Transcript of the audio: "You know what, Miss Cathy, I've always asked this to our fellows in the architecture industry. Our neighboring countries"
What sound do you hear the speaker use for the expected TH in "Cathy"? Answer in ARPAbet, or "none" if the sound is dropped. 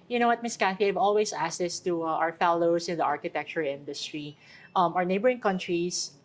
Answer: F